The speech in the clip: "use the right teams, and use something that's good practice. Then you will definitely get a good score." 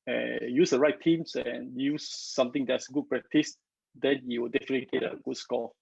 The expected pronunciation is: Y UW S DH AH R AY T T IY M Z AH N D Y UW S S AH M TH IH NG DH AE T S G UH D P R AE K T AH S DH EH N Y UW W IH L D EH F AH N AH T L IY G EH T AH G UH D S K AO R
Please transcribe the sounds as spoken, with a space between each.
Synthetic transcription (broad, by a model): Y UW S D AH R AY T T IY M S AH N Y UW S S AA M T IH NG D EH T S G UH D P R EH K T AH S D EH N Y UW W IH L D EH F AH N AH T L IY G EH T AH G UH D S K AO